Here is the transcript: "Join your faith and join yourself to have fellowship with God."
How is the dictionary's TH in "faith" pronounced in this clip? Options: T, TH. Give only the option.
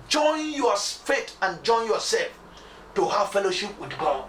T